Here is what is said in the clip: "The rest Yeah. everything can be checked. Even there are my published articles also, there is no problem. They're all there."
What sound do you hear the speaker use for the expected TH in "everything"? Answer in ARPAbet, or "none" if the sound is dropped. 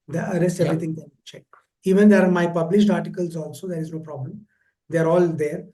T